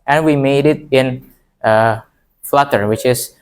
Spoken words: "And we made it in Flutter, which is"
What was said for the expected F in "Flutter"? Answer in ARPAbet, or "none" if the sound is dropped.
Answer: F